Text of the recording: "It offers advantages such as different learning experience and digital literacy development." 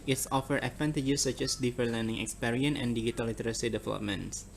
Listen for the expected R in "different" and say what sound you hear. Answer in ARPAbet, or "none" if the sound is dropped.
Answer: none